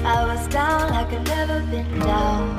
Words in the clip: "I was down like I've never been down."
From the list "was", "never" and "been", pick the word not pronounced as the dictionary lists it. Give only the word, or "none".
none